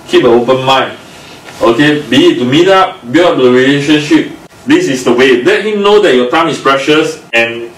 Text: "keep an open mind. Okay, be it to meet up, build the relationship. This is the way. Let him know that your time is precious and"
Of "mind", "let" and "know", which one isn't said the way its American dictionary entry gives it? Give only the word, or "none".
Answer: mind